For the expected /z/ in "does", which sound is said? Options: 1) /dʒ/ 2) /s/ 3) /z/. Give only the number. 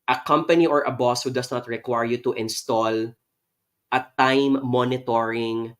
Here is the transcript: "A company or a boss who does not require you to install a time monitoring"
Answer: 2